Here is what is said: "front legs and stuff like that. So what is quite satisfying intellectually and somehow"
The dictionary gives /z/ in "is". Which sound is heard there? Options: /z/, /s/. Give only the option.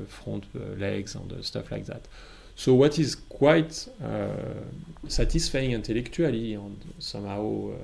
/z/